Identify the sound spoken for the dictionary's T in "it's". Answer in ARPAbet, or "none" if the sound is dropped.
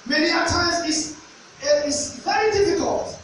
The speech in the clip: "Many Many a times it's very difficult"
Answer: S